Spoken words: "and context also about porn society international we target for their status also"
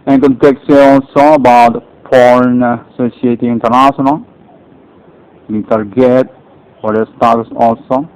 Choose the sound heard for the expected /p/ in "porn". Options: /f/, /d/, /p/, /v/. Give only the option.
/f/